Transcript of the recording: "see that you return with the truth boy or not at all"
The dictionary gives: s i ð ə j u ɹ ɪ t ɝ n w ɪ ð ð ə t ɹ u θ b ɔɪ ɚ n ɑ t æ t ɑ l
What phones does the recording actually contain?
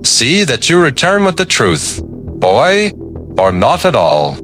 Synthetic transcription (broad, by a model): s i ð ə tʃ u ɹ ɪ t ɝ n w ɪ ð ð ə t ɹ u θ b ɔɪ ɚ n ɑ t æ t ɑ l